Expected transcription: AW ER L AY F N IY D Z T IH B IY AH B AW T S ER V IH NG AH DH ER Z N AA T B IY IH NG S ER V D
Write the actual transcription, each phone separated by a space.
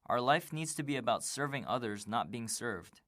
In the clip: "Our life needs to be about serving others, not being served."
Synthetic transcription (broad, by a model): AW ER L AY F N IY D Z T IH B IY AH B AW T S ER V IH NG AH DH ER Z N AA T B IY IH NG S ER V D